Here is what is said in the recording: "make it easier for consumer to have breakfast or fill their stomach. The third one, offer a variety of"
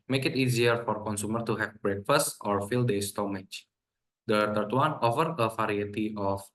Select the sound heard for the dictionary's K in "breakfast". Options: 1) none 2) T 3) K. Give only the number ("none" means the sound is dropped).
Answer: 3